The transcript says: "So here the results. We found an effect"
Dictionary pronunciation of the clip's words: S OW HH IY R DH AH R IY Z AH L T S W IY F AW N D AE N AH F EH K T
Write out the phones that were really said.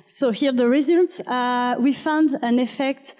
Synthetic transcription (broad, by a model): S OW HH IY R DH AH R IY Z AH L T W IY F AW N D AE N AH F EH K T